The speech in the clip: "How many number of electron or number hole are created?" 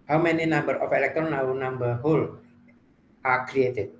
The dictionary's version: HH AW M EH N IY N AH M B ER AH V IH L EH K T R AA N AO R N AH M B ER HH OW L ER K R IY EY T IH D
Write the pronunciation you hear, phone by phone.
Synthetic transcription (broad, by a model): HH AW M EH N IY N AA M B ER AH F IH L EH K T R AA N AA W N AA M B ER HH OW L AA K R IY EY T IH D